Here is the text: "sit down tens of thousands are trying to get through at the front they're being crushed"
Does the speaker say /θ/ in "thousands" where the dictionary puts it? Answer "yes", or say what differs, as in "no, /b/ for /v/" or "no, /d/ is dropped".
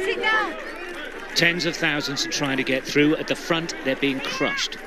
yes